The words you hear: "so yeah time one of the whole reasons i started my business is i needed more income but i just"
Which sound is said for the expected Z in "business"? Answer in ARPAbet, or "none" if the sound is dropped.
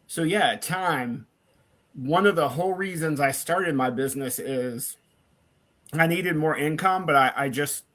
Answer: Z